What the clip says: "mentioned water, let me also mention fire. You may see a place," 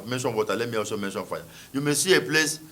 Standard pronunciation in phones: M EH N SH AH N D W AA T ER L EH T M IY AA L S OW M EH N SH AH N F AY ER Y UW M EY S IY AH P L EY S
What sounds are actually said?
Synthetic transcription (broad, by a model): M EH N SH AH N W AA T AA L EH T M IY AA S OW M EH N SH AH N F AY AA Y UW M EY S IY AH P L EY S